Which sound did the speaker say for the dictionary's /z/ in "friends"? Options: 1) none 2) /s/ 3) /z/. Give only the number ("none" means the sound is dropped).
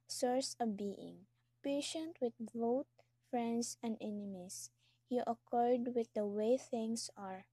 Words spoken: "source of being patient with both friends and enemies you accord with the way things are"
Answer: 2